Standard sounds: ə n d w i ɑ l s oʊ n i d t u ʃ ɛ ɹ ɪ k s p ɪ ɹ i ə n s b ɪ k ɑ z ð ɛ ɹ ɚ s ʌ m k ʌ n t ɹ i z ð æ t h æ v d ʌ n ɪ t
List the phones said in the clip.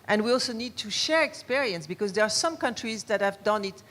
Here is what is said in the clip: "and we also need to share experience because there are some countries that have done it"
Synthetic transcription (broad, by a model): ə n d w i ɑ l s oʊ n i d t u ʃ ɛ ɹ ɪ k s p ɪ ɹ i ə n s b ɪ k ɑ z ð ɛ ɹ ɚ s ʌ m k ʌ n t ɹ i z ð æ t h æ v d ʌ n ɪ t